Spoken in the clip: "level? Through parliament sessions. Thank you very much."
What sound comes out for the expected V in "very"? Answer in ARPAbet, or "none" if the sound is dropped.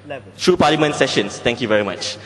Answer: V